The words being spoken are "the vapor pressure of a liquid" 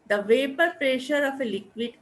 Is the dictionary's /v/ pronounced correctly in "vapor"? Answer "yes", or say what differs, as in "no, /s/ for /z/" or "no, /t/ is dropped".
yes